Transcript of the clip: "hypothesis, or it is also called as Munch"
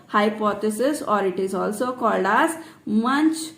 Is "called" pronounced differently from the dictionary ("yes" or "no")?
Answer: no